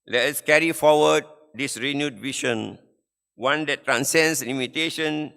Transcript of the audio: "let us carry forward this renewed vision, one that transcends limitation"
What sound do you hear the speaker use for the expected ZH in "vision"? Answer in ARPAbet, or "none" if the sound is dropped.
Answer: SH